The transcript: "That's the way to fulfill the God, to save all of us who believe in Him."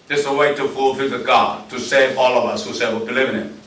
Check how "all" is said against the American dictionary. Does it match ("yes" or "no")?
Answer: yes